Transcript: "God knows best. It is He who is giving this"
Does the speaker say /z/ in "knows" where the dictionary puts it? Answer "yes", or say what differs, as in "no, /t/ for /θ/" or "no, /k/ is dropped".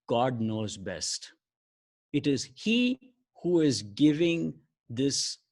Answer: yes